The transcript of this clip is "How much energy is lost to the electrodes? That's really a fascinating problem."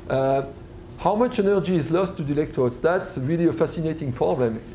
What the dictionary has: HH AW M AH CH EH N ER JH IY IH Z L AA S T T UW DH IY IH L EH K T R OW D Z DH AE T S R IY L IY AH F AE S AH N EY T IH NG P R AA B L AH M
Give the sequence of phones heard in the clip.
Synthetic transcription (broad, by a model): HH AW M AH CH EH N ER JH IY IH Z L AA S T T UW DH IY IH L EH K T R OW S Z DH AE T S R IY L IY AH F AE S AH N EY T IH NG P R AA B L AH M